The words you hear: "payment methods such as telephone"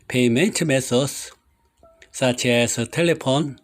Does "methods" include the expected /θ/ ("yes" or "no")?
no